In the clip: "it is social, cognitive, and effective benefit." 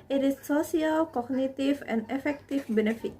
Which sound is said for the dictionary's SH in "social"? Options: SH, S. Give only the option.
S